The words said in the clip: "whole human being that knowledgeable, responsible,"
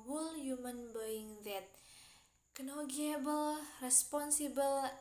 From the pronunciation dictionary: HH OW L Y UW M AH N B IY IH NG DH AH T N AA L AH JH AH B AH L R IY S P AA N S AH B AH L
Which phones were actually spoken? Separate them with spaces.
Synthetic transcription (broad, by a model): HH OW L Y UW M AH N B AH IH NG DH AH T N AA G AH AH B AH L R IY S P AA N S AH B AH L